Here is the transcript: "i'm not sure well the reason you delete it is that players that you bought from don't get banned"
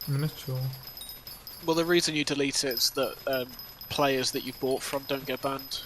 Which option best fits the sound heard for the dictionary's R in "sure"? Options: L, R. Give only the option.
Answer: L